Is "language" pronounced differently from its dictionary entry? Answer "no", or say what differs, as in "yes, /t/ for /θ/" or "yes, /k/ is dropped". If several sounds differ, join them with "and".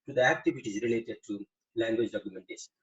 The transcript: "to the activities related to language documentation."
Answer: no